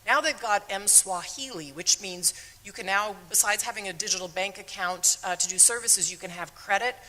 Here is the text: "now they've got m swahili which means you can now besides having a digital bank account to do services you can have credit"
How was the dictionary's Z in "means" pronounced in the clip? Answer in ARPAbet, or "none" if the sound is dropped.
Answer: Z